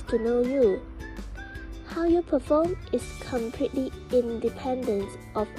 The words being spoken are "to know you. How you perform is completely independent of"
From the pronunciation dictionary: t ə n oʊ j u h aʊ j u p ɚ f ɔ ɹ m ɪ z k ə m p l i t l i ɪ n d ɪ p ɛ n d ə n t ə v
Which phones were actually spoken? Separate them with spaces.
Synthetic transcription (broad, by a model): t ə n oʊ j u h aʊ j u p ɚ f ɔ m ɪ s k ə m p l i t l i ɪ n d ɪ p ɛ n d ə n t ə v